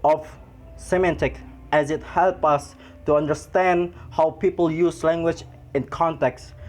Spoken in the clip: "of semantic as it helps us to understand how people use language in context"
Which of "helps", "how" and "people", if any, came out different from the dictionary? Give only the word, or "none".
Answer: helps